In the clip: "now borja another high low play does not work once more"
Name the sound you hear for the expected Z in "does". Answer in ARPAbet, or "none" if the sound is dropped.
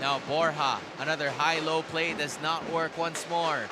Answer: Z